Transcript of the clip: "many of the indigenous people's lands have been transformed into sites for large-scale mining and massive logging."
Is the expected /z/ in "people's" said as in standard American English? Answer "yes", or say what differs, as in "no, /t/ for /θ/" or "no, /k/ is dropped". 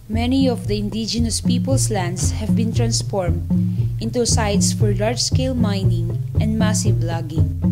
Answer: no, /s/ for /z/